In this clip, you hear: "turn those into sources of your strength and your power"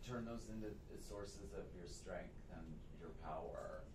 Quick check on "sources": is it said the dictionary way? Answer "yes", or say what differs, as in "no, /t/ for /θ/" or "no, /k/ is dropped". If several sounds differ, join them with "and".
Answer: yes